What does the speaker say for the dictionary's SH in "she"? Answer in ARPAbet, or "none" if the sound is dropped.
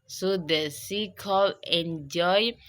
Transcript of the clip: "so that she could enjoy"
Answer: S